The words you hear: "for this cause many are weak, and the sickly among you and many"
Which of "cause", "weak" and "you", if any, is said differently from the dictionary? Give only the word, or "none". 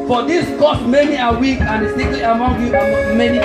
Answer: cause